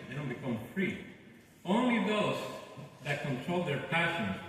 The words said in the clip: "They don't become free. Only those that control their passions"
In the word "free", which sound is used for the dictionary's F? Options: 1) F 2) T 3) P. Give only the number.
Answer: 1